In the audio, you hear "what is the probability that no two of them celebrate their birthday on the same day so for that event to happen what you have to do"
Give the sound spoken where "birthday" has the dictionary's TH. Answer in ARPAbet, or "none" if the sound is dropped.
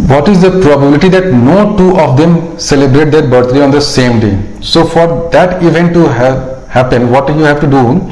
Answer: T